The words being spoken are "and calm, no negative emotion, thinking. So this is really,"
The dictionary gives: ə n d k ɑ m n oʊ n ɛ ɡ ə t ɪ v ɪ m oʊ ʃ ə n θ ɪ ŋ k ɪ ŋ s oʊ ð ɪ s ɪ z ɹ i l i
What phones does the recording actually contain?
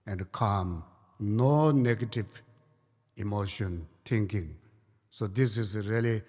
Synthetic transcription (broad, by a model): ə n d k ɑ m n oʊ n ɛ ɡ ə t ɪ v ɪ m oʊ ʃ ə n t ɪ ŋ k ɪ ŋ s oʊ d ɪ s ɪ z ɹ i l i